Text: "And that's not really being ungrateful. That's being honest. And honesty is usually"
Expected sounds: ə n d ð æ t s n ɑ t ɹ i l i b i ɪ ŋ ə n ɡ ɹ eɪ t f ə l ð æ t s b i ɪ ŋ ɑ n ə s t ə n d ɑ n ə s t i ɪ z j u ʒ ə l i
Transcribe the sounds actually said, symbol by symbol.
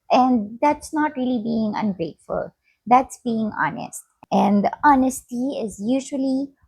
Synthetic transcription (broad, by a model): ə n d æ t s n ɑ t ɹ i l i b i ɪ ŋ ə n ɡ ɹ eɪ t f ə l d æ t s b i ɪ ŋ ɑ n ə s t ə n d ɑ n ə s t i ɪ z j u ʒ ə l i